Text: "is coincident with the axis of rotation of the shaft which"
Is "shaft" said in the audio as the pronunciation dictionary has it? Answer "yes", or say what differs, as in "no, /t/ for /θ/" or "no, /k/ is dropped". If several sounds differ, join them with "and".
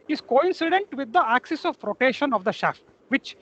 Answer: yes